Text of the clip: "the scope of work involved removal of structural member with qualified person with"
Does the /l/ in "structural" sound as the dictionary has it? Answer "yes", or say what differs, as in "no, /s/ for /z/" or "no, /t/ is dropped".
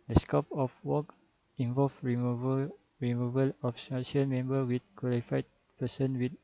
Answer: no, /n/ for /l/